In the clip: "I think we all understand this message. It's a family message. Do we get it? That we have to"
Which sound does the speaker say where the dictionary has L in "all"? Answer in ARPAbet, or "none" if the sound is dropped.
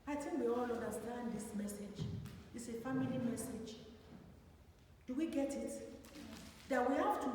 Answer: L